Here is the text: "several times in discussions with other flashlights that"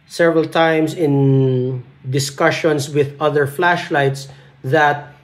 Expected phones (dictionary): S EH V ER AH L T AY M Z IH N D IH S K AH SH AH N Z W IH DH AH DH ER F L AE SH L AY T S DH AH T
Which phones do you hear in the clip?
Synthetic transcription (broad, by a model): S EH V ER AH L T AY M S IH N D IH S K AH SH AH N S W IH DH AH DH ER F L AE SH L AY T S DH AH T